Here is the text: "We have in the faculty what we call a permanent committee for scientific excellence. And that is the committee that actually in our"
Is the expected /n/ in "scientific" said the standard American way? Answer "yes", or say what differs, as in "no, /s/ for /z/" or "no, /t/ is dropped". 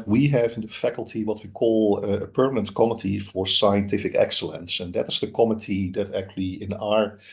yes